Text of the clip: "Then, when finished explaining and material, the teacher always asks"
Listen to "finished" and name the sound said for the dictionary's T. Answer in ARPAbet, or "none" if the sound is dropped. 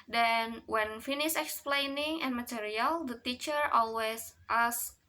none